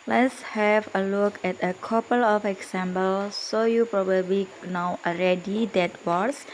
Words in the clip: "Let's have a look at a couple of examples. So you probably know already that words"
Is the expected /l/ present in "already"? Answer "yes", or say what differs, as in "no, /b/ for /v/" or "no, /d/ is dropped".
no, /w/ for /l/